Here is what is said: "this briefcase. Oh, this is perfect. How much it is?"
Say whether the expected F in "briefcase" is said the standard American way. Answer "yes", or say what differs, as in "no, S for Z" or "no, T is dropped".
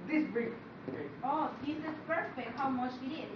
no, F is dropped